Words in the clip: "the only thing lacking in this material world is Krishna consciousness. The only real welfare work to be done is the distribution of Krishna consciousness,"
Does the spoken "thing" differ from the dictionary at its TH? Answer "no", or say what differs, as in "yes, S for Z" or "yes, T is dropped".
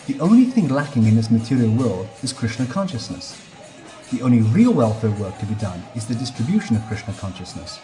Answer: no